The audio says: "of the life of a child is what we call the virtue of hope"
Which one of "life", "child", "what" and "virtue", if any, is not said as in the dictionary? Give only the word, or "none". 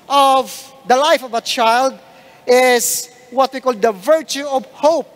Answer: none